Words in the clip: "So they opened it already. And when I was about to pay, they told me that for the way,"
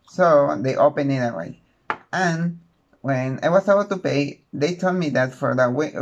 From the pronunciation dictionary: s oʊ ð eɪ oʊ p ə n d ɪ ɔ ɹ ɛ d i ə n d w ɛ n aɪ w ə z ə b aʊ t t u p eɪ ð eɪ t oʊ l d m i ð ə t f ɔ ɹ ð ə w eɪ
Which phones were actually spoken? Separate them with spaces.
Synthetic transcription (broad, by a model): s oʊ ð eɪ oʊ p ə n ɪ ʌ w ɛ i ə n w ɛ n aɪ w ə s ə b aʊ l t u p eɪ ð eɪ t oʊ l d m i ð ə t f ɔ ɹ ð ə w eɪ